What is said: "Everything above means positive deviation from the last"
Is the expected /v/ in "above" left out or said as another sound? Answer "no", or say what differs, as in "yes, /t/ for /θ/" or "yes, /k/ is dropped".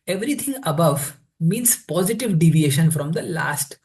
no